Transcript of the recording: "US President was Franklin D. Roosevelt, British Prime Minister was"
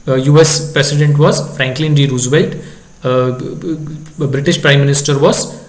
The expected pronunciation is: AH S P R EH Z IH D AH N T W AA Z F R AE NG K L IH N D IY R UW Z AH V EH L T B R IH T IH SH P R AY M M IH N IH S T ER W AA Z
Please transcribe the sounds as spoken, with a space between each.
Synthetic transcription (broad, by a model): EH S P R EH S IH D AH N T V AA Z F R AE NG K L IH N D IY R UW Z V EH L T B R IH T IH SH P R AY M M IH N IH S T ER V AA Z